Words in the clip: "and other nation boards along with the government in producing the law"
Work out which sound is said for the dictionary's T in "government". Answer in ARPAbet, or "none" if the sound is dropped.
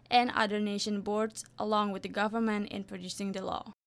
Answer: T